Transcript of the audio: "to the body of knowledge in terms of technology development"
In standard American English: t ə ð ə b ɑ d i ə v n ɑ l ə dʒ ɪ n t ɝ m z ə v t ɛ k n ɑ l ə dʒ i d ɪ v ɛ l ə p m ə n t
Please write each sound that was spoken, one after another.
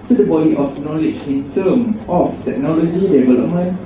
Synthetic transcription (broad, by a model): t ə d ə b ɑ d i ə f n ɑ l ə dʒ ɪ n t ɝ m ə f t ɛ k n ɑ l ə dʒ i d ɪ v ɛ l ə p m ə n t